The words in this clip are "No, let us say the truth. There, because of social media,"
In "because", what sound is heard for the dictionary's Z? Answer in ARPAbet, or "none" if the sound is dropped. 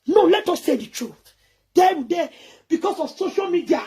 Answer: S